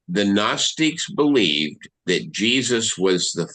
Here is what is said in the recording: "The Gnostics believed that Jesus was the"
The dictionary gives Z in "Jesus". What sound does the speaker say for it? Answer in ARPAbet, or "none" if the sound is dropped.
Z